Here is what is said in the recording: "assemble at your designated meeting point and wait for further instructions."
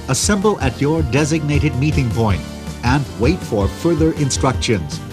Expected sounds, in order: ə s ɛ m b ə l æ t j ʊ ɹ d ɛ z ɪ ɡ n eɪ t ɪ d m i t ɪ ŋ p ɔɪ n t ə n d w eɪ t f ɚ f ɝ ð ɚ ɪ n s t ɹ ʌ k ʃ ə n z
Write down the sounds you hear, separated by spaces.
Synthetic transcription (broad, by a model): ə s ɛ m b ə l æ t j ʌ ɹ d ɛ z ɪ ɡ n eɪ t ɪ d m i t ɪ ŋ p ɔɪ n t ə n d w eɪ t f ɚ f ɝ ð ɚ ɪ n s t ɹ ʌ k ʃ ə n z